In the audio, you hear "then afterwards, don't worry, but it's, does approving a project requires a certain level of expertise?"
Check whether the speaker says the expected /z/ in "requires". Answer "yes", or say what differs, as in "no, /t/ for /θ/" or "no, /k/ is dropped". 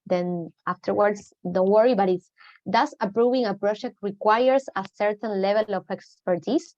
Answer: no, /s/ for /z/